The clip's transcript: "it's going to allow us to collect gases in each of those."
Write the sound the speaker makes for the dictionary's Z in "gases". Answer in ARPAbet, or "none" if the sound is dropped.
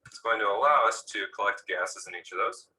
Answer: Z